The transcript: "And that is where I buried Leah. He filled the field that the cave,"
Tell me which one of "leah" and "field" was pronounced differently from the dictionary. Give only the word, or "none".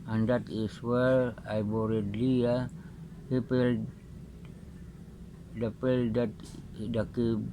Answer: field